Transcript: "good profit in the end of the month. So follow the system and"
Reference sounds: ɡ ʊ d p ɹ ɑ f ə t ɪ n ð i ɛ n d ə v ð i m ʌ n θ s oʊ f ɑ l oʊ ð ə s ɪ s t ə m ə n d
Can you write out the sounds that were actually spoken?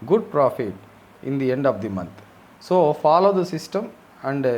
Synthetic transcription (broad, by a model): ɡ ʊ d p ɹ ɑ f ə t ɪ n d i ɛ n d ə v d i m ʌ n t s oʊ f ɑ l oʊ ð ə s ɪ s t ə m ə n d